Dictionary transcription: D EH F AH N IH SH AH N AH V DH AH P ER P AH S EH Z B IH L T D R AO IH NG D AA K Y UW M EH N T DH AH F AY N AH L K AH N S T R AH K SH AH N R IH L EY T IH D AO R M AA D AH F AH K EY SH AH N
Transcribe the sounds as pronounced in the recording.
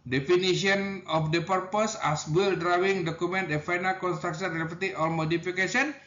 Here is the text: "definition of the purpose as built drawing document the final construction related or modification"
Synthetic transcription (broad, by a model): D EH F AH N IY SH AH N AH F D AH P ER P AH S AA S B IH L D R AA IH NG D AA K UW M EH N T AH F AY N AH L K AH N S T R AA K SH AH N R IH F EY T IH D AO L M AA D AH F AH K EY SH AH N